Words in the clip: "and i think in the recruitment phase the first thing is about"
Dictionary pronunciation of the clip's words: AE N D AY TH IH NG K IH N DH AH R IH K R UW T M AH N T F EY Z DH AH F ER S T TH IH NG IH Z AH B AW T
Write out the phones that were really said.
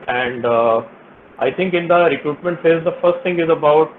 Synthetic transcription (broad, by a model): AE N D AY T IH NG K IH N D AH R IH K R UW T M AH N T F EY Z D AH F ER S T T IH NG IH Z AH B AW T